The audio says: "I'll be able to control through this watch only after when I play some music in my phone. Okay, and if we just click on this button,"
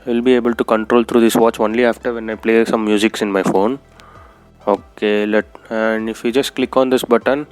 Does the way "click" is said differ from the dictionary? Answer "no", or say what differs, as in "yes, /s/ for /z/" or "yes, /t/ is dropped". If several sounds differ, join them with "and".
no